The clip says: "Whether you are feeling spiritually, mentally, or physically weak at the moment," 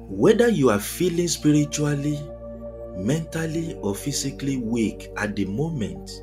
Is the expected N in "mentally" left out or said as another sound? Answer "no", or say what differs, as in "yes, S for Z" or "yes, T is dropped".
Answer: no